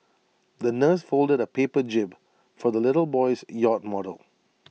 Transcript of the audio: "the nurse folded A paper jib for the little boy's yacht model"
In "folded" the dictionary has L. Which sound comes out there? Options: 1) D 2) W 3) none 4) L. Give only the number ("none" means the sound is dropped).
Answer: 4